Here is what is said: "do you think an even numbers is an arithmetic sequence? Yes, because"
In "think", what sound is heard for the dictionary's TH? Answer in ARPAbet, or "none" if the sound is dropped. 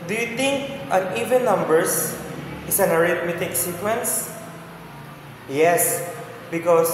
T